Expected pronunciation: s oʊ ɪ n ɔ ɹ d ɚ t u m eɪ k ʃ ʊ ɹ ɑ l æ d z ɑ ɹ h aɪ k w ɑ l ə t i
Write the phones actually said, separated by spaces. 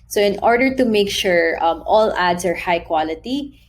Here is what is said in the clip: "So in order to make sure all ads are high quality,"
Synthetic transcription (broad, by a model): s oʊ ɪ n ɔ ɹ d ɚ t u m eɪ k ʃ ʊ ɹ ɑ l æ d s ɑ ɹ h aɪ k w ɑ l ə t i